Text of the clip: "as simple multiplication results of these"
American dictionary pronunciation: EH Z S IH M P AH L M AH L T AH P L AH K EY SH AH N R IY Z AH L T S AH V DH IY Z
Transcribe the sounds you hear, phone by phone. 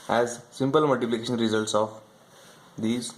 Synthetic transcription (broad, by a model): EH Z S IH M P AH L M AH L T AH P L AH K EY SH AH N R IY Z AH L T S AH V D IY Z